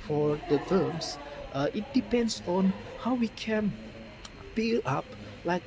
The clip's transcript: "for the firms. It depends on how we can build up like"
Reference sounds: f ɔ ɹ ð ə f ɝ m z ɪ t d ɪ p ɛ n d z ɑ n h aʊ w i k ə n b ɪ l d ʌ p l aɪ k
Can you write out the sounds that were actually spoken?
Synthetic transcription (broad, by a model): f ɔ ɹ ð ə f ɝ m s ɪ t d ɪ p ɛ n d s ɑ n h aʊ w i k ə n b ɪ l ɑ p l aɪ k